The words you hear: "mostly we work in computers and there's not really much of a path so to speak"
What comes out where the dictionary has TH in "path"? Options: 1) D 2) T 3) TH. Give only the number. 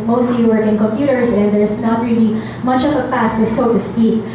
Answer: 2